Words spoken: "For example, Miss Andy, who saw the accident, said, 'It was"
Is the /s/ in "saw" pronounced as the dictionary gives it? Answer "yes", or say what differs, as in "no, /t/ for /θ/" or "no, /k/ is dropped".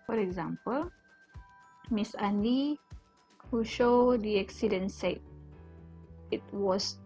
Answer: no, /ʃ/ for /s/